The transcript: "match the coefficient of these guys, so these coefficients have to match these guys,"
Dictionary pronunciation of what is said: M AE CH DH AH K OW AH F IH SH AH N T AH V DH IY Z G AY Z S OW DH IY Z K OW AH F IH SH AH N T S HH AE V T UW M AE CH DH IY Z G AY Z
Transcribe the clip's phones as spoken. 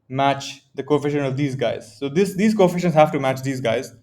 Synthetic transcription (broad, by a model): M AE CH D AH K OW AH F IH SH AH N AH V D IY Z G AY Z S OW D IY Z K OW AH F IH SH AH N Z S HH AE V T UW M AE CH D IY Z G AY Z